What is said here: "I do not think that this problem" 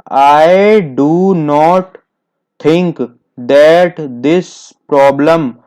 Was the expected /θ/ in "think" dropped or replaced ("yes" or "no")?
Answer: yes